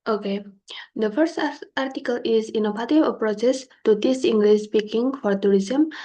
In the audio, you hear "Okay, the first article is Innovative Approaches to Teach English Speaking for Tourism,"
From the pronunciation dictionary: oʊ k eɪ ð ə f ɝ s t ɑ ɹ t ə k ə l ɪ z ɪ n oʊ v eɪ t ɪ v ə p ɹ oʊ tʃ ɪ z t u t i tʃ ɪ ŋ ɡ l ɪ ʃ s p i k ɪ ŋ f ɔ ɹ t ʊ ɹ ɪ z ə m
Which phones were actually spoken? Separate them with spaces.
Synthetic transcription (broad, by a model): oʊ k eɪ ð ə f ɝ s t ɑ ɹ t ə k ə l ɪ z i n oʊ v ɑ t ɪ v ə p ɹ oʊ s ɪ s t u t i s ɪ ŋ ɡ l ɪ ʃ s p i k ɪ ŋ f ɔ ɹ t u ɹ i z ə m